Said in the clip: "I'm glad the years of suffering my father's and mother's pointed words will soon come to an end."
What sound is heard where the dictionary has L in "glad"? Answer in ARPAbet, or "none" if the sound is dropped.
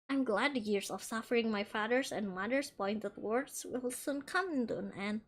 L